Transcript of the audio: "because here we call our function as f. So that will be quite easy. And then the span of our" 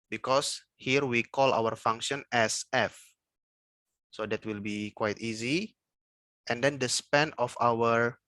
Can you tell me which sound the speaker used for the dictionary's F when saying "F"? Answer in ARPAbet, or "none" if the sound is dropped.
F